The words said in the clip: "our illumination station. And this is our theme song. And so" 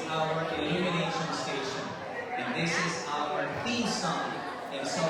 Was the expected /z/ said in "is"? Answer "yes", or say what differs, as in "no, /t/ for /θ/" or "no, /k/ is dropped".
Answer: yes